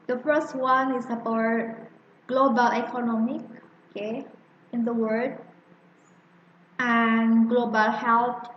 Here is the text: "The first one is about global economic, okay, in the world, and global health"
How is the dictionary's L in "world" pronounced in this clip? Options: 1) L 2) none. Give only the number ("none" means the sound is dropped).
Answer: 2